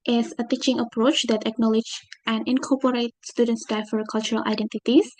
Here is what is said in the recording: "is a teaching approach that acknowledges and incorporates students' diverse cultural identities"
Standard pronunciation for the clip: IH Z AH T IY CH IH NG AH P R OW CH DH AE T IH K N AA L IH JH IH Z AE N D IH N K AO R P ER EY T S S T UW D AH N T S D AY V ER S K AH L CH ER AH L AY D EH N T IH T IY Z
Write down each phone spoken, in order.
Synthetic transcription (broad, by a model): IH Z AH T IY CH IH NG AH P R OW CH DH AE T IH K N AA L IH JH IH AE N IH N K AO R P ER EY T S S T UW D AH N T S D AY F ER K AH L CH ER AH L AY D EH N T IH T IY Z